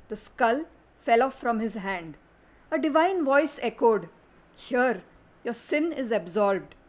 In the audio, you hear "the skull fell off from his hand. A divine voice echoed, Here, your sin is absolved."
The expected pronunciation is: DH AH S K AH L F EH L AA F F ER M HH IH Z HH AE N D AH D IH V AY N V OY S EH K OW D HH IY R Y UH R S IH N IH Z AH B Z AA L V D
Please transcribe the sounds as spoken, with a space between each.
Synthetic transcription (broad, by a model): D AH S K AH L F EH L AA F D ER M HH IH Z HH AE N D AH D IH V AY N V OY S EH K OW D HH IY R Y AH R S IH N IH Z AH B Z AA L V D